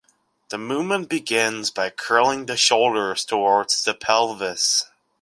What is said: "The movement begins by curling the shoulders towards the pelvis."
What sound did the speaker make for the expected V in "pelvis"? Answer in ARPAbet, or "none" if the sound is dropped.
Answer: V